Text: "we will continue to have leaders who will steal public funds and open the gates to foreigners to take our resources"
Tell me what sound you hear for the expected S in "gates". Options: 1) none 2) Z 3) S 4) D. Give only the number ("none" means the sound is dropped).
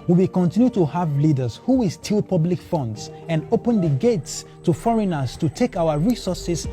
3